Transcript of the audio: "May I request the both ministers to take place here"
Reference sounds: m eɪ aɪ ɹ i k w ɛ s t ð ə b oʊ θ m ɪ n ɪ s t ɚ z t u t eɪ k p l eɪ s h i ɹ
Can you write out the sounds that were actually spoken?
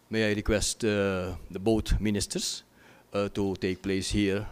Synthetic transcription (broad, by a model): m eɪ aɪ ɹ i k w ɛ s t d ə b oʊ t m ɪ n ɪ s t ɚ s t u t eɪ k p l eɪ s h i ɹ